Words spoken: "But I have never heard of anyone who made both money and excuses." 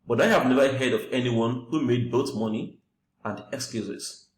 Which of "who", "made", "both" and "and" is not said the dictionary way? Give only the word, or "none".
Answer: both